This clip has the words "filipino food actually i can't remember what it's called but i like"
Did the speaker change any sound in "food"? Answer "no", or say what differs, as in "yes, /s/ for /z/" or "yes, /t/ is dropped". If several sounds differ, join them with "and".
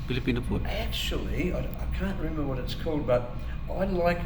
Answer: yes, /p/ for /f/ and /d/ is dropped